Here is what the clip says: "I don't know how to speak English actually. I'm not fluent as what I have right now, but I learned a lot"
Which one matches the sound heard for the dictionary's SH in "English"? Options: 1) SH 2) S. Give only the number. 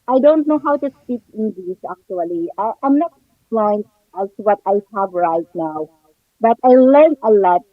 2